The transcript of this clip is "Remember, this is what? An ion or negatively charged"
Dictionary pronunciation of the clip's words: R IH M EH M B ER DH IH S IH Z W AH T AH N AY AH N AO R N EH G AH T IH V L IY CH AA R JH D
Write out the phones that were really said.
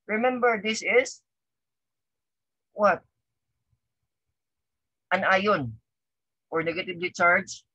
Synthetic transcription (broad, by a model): R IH M EH M B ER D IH S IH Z W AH T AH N AY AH N AO R N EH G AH T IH B L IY CH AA R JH